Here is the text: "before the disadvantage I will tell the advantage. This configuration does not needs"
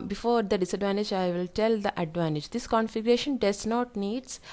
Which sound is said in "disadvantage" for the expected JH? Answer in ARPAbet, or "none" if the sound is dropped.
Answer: JH